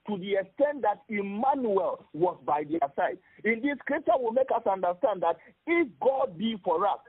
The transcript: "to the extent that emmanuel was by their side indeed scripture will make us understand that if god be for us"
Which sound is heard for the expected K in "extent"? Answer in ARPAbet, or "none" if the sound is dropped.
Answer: K